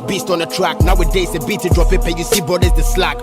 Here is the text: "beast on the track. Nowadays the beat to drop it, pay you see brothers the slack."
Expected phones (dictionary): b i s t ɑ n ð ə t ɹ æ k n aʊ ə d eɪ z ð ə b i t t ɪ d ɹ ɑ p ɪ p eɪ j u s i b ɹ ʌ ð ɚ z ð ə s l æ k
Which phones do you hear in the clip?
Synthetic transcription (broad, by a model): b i s t ɑ n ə t ɹ æ k n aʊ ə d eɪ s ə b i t t ɪ d ɹ ɑ p ɪ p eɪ j u s i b ʌ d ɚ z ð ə s l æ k